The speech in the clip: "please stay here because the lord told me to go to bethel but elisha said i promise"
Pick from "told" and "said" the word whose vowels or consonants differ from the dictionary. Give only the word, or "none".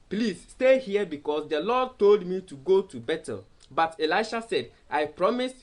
none